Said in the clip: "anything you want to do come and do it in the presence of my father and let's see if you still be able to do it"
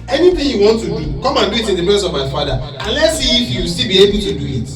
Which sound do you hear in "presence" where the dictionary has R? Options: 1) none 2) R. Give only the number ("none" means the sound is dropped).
1